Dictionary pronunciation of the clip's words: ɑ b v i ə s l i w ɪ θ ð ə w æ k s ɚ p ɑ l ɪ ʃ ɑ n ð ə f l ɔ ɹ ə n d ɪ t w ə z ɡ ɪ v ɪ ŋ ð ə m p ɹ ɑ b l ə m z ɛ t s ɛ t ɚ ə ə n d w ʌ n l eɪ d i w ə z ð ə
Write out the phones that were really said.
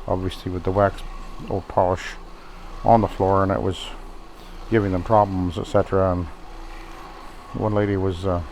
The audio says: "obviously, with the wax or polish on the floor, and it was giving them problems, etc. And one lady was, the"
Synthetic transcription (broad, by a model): ɑ b v i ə s l i w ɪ ð ə w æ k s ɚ p ɑ l ɪ ʃ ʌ n ð ə f l ɔ ɹ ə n ɪ t w ə z ɡ ɪ v ɪ ŋ ð ə m p ɹ ɑ b l ə m z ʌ t s ɛ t ɚ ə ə n w ʌ n l eɪ d i w ə z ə